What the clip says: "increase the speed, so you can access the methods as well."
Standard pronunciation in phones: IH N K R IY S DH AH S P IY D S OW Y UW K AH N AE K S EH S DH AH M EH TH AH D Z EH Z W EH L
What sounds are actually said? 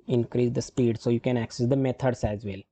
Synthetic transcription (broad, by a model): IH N K R IY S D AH S P IY D S OW Y UW K AH N AE K S EH S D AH M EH T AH D S EH Z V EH L